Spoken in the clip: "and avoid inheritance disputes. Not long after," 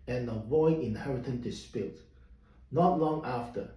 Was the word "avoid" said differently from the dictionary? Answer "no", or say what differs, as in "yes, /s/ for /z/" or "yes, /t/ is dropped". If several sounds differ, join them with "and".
yes, /d/ is dropped